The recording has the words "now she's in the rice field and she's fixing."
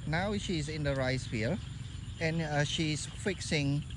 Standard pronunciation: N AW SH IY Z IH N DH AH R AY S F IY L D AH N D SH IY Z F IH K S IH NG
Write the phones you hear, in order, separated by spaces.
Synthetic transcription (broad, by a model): N AW SH IY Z IH N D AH R AY S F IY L AH N SH IY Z F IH K S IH NG